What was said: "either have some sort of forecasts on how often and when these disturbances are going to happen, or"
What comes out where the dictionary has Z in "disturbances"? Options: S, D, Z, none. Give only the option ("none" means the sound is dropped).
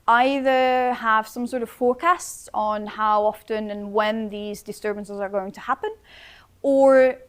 Z